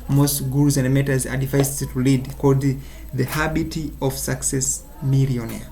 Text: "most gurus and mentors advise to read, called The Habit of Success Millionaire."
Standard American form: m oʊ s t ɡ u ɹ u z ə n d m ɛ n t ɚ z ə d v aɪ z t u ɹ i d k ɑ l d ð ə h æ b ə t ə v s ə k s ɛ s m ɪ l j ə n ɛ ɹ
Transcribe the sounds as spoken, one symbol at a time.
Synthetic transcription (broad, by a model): m oʊ s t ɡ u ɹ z ə n d m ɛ t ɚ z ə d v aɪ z t u l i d k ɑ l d ð ə h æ b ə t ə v s ə k s ɛ s m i l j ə n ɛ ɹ